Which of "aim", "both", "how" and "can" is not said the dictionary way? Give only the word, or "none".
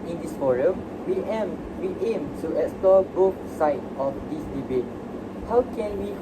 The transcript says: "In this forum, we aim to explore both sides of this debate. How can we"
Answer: both